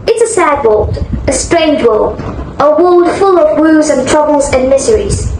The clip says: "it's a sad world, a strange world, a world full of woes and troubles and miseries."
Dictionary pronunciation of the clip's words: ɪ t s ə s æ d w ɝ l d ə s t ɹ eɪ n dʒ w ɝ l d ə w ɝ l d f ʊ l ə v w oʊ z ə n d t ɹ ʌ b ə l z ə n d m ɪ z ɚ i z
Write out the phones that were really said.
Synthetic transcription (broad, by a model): ɪ t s ə s æ d w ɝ l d ə s t ɹ eɪ n dʒ w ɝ l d ə w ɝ l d f ʊ l ə v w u z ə n t ɹ ʌ b ə l z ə n m ɪ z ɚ i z